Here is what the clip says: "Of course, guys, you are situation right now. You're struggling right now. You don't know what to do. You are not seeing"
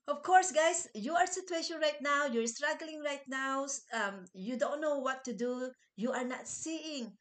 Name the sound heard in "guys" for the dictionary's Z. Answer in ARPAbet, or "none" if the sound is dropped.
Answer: S